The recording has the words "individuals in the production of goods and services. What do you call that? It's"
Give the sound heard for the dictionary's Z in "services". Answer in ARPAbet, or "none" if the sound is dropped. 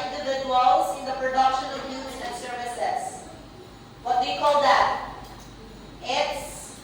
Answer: S